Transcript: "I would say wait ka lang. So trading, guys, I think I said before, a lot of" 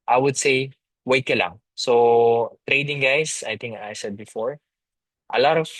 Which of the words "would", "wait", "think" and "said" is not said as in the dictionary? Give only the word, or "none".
think